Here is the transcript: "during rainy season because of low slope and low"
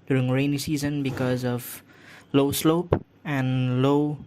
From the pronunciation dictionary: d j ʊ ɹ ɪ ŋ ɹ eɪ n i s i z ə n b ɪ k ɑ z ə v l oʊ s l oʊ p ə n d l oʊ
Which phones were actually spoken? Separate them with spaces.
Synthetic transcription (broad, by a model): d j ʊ ɹ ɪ ŋ ɹ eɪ n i s i z ə n b ɪ k ɑ z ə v l oʊ s l oʊ p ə n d l oʊ